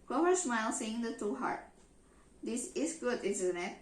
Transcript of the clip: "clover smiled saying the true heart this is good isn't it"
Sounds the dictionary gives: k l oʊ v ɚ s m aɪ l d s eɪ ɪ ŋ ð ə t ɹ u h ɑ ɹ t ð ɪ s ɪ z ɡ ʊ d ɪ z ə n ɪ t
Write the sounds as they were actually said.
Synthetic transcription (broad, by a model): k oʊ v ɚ s m aɪ l s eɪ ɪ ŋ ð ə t u h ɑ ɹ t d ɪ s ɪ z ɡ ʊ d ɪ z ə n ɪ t